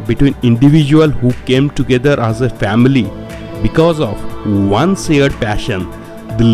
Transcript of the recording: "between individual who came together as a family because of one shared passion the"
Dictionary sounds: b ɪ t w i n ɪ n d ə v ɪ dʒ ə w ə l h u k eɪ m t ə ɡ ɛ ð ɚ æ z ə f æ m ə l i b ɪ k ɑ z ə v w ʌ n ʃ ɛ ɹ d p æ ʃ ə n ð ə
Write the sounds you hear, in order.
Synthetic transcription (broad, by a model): b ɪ t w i n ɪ n d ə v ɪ dʒ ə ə l h u k eɪ m t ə ɡ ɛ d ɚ æ z ə f æ m ə l i b ɪ k ɑ z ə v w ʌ n s ɛ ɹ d p æ ʃ ə n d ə